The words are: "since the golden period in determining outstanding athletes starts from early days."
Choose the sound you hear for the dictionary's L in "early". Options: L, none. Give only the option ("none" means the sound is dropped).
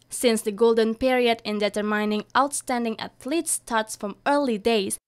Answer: L